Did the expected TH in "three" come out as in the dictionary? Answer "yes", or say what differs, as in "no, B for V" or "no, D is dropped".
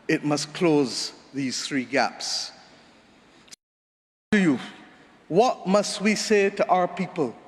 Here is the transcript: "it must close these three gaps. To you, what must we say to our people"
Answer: yes